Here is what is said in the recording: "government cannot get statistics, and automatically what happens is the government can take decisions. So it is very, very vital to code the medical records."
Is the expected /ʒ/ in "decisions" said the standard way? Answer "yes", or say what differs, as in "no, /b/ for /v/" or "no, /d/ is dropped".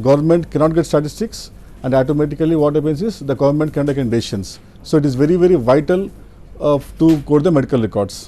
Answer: no, /ʃ/ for /ʒ/